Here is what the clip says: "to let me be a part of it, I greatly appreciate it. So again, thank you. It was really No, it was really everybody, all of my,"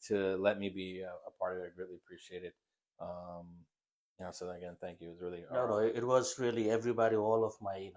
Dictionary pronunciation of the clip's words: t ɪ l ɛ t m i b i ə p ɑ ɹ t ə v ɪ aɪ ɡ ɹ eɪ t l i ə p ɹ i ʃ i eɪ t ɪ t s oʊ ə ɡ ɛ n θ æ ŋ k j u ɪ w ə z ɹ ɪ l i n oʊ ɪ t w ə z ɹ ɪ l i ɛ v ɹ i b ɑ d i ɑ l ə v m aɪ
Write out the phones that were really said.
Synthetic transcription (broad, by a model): t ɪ l ɛ t m i b i ə p ɑ ɹ t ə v ɪ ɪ ɡ ɹ eɪ t l i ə p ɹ i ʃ i eɪ t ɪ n s oʊ ə ɡ ɛ n θ æ ŋ k j u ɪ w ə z ɹ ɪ l i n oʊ ɪ t w ə z ɹ ɪ l i ɛ v ɹ i b ɑ d i ɑ l ə v m aɪ